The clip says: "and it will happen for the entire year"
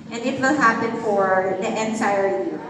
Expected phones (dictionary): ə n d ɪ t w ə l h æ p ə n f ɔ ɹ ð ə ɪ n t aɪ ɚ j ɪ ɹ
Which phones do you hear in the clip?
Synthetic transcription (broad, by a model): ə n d ɪ t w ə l h æ p ə n f ɔ ɹ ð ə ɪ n s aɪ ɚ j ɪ ɹ